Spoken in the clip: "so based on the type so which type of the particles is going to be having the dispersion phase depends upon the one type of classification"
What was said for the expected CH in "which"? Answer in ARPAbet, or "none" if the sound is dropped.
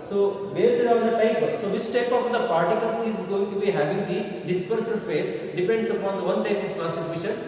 S